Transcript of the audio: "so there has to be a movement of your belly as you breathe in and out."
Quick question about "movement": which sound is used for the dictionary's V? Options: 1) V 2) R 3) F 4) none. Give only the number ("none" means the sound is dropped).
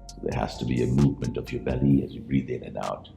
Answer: 1